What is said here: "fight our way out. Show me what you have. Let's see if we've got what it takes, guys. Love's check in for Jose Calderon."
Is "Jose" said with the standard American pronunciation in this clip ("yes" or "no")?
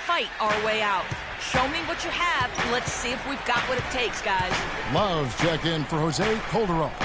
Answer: yes